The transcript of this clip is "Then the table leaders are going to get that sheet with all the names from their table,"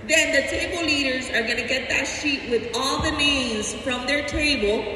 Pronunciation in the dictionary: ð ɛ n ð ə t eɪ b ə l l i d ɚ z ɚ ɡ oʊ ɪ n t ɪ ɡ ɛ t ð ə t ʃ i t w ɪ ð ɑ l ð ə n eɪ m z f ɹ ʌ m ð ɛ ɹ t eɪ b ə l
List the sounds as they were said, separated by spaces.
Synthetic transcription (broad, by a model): ð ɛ n ð ə t eɪ b l l i d ɚ z ɚ ɡ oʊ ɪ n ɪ ɡ ɛ t ð ə t ʃ i t w ɪ ð ɑ l ð ə n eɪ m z f ɹ ʌ m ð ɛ ɹ t eɪ b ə l